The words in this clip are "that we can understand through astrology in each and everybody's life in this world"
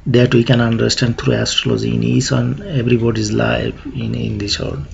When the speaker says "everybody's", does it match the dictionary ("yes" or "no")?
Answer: no